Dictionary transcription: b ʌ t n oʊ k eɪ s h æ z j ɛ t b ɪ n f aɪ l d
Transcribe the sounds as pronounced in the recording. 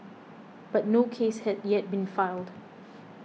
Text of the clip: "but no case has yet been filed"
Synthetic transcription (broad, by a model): b ʌ t n oʊ k eɪ s h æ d j ɛ t b ɪ n f aɪ l d